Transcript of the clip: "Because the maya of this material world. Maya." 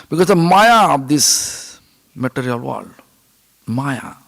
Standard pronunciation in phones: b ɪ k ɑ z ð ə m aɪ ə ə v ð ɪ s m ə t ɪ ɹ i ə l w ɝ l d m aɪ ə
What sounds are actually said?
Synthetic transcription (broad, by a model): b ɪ k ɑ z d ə m aɪ ə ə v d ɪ s m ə t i ɹ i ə l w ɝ d m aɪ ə